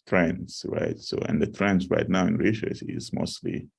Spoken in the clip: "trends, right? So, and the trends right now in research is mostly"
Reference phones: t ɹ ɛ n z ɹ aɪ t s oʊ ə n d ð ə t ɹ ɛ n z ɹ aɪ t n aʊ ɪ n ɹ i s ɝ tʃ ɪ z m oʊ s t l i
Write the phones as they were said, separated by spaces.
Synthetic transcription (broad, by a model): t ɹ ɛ n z ɹ aɪ t s oʊ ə n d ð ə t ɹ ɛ n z ɹ aɪ t n aʊ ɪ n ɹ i ʃ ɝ s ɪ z m oʊ s t l i